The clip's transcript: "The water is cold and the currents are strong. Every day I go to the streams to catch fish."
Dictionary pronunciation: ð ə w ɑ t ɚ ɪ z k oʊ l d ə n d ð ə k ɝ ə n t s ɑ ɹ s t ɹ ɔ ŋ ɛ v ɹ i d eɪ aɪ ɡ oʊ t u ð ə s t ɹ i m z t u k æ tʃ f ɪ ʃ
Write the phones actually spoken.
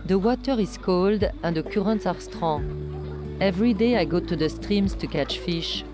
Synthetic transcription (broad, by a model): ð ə w ɑ t ɚ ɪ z k oʊ l d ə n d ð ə k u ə n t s ɑ ɹ s t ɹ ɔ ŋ ɛ v ɹ i d eɪ aɪ ɡ oʊ t u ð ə s t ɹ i m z t u k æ tʃ f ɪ ʃ